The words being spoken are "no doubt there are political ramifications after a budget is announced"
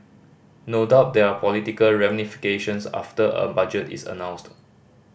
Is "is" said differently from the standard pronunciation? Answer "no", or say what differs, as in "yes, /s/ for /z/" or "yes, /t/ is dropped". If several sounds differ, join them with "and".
yes, /s/ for /z/